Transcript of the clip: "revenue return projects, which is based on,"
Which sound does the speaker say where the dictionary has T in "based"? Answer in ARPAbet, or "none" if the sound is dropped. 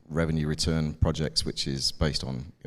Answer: T